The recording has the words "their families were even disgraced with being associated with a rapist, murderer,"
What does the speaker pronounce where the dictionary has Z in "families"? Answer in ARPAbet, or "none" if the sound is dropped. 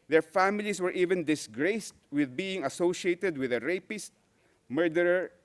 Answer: S